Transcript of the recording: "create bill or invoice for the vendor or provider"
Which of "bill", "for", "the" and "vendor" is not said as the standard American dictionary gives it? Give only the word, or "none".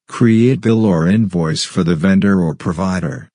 none